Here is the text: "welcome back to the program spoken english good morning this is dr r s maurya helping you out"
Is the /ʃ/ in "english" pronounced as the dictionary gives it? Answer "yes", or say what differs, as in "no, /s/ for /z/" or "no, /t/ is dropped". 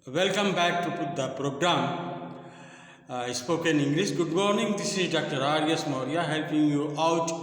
no, /s/ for /ʃ/